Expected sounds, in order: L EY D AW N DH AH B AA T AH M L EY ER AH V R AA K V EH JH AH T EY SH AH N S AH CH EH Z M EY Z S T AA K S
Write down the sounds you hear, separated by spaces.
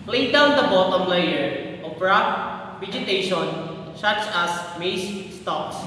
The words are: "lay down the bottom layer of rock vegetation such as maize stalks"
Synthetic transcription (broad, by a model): L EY D AW N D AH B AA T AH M L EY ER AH P R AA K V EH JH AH T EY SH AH N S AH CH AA S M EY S S T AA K S